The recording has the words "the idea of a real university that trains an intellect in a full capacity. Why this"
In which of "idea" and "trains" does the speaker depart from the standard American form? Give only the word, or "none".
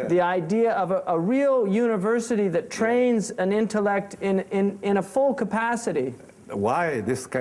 none